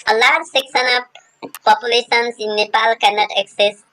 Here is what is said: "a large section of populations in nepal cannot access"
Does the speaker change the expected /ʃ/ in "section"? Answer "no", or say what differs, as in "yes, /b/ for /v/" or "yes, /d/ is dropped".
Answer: yes, /s/ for /ʃ/